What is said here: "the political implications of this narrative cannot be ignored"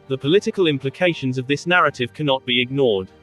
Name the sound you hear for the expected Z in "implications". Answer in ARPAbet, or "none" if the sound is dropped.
Z